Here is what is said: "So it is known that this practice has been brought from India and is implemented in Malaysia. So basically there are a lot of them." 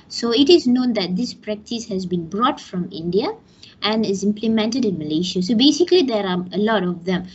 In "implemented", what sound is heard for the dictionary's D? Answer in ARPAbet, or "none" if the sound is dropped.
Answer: D